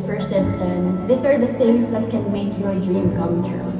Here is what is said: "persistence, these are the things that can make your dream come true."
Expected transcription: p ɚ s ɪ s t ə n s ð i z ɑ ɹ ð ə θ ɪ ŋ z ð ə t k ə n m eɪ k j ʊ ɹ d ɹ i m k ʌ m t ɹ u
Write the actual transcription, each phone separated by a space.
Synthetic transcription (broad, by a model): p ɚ s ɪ s t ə n s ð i s ɑ ɹ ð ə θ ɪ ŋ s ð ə t k ə n m eɪ k j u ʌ d ɹ i m k ʌ m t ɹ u